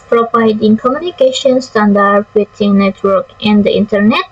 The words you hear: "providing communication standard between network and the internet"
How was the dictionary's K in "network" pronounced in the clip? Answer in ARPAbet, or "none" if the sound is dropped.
K